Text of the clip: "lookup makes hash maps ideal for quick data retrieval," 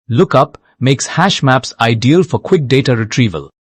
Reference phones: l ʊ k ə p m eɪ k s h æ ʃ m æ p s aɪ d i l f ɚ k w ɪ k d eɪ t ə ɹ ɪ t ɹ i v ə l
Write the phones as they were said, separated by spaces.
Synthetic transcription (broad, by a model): l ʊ k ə p m eɪ k s h æ ʃ m æ p s aɪ d i l f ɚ k w ɪ k d eɪ t ə ɹ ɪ t ɹ i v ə l